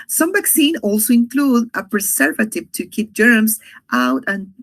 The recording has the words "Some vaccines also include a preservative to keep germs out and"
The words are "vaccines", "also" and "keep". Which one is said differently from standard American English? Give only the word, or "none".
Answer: vaccines